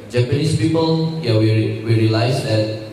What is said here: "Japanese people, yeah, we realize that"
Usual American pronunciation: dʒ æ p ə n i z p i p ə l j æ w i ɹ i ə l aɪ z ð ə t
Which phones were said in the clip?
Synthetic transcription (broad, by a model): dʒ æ p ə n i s p i p ə l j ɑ w i w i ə l aɪ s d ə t